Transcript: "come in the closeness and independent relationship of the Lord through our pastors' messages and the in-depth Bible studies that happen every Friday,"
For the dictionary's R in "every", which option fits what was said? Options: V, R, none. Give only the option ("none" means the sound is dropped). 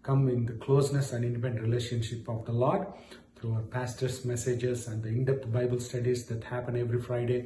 R